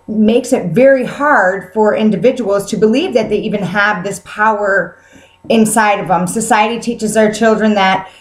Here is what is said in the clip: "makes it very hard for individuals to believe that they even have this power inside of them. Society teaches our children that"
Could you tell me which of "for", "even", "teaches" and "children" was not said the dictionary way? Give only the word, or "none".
none